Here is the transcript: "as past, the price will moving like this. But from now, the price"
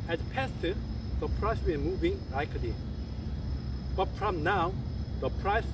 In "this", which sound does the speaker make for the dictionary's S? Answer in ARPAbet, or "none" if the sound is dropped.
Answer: none